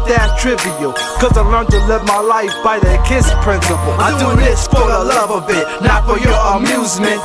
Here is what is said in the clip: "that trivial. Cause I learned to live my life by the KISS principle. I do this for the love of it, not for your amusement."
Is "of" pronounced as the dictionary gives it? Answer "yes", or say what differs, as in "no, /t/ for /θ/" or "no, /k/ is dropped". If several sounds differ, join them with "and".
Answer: no, /b/ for /v/